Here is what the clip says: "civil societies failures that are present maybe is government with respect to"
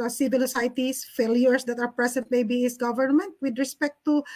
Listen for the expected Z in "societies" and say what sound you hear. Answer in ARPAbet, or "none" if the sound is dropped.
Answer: S